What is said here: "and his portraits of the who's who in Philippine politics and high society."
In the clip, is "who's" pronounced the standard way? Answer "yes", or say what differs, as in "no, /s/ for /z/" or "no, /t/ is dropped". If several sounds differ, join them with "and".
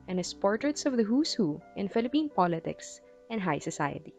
no, /s/ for /z/